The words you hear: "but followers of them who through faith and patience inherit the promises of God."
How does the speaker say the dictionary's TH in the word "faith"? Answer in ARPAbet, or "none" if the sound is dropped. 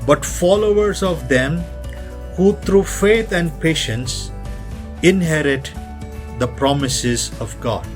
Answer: T